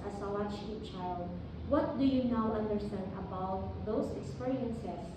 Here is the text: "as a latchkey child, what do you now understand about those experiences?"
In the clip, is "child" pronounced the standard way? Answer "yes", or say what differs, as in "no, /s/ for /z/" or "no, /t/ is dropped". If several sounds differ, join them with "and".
yes